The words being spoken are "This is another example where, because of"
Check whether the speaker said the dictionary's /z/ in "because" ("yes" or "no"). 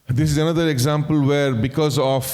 yes